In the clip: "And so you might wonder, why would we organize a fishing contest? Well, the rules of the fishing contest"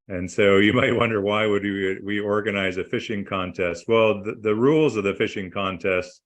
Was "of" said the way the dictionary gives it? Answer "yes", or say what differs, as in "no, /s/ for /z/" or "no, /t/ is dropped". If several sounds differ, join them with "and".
yes